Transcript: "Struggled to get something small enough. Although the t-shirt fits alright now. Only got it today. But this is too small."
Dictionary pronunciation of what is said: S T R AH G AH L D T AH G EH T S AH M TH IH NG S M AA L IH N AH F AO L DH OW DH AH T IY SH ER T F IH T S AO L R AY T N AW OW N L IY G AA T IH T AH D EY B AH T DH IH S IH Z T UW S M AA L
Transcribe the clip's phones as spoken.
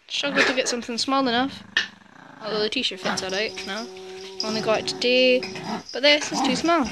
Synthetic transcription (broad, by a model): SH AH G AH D T AH G EH T S AH M TH IH NG S M AA L IH N AH F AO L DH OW DH AH T IY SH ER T F IH T S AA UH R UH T N AW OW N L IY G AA IH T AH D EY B AH T DH IH S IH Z T UW S M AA L